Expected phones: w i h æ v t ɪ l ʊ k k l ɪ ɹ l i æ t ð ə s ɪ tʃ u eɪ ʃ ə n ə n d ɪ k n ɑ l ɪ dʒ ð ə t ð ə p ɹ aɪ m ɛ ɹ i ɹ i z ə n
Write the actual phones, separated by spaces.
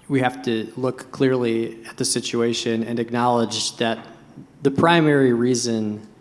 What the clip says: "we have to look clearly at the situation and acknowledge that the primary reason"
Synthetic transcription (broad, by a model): w i h æ f t ɪ l ʊ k k l ɪ ɹ l i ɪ t ð ə s ɪ tʃ u eɪ ʃ ə n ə n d ɪ k n ɑ l ɪ dʒ ð ə t ð ə p ɹ aɪ m ɛ ɹ i ɹ i z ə n